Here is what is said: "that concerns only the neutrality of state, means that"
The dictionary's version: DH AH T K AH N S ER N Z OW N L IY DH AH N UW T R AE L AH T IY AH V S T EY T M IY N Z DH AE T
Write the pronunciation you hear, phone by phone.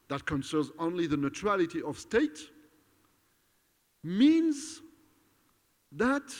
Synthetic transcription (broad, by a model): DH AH T K AH N S ER N Z OW N L IY DH AH N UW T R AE L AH T IY AH V S T EY T M IY N Z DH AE T